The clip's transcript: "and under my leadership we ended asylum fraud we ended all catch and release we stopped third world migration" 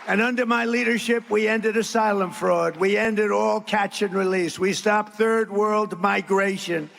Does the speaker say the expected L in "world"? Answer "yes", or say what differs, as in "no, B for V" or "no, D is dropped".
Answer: yes